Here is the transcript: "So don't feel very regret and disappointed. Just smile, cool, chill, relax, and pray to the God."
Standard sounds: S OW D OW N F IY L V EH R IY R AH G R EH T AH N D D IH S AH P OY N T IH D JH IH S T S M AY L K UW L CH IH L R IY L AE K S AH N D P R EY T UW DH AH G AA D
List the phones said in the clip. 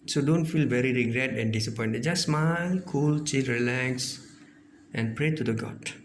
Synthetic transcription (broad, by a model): S OW D OW N F IY L V EH R IY R AH G R EH T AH N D D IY S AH P OY N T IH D JH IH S S M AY N K UW L CH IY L R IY L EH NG S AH N P R EY T UW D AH G AA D